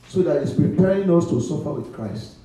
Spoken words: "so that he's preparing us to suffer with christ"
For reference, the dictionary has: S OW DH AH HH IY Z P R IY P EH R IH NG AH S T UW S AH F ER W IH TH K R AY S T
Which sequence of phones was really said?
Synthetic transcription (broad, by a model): S OW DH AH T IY S P R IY P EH R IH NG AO S T UW S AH F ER W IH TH K R AY S T